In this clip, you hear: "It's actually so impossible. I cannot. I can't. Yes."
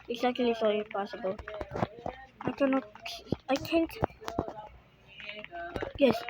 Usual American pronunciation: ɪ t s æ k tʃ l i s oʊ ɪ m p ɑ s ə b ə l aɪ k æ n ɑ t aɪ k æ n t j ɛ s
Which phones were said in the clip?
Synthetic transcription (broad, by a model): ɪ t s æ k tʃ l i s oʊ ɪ p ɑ s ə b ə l aɪ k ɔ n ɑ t aɪ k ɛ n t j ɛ s